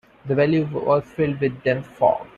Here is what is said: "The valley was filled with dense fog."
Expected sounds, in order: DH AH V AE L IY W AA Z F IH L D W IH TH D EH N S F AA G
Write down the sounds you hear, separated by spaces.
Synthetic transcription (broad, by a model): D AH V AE L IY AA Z F IH L D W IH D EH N F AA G